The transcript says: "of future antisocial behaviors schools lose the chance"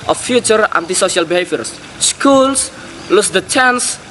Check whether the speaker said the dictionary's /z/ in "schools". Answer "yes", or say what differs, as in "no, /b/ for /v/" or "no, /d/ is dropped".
no, /s/ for /z/